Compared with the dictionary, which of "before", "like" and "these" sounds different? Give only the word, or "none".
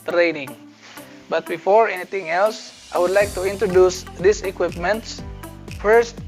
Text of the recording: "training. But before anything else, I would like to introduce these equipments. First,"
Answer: these